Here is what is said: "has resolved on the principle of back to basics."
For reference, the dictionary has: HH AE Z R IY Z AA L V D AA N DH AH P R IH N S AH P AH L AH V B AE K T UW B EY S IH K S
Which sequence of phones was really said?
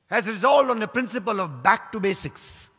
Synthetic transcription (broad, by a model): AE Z R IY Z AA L D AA N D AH P R IH N S AH P AH L AH V B AE K T UW B EY S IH K S